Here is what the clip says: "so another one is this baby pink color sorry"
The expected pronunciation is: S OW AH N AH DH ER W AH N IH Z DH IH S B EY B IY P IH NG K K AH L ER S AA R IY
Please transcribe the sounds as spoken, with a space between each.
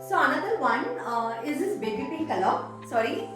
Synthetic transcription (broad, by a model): S OW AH N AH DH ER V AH N IH Z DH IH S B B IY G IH K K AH L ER S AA R IY